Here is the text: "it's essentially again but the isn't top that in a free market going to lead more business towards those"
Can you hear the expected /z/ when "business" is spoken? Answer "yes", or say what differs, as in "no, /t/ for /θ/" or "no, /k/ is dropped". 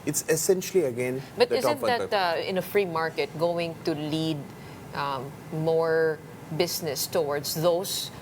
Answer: no, /s/ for /z/